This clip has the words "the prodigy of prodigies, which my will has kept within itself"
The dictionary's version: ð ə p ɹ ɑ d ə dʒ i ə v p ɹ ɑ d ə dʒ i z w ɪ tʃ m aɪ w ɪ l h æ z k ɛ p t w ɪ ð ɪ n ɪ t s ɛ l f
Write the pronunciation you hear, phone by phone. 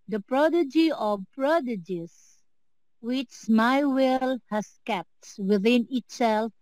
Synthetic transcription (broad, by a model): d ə p ɹ ɑ d ə dʒ i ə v p ɹ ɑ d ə dʒ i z w ɪ tʃ m aɪ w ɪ l h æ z k ɛ p t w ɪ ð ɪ n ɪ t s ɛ l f